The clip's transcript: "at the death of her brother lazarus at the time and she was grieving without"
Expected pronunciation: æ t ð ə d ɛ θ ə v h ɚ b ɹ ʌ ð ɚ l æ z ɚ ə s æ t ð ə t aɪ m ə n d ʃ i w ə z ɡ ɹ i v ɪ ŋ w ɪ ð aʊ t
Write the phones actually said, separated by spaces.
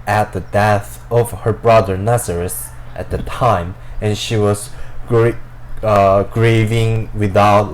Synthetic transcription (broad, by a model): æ t ð ə d ɛ θ ə v h ɚ b ɹ ʌ ð ɚ n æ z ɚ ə s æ t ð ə t aɪ m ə n ʃ i w ə z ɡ ɹ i v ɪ ŋ w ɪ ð aʊ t